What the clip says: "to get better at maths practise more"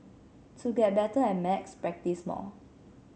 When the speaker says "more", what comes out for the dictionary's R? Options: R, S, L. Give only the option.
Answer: L